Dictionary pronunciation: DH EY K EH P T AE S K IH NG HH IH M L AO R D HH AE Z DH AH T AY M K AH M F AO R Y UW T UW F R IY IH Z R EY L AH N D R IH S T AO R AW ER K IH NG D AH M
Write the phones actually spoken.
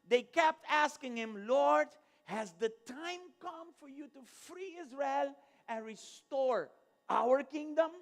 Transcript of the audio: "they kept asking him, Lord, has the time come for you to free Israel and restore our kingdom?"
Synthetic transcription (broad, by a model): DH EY K EH P T AE S K IH NG HH IH M L AO R D HH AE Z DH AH T AY M K AH M F AO R Y UW T UW F R IY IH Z R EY L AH N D R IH S T AO R AW ER K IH NG D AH M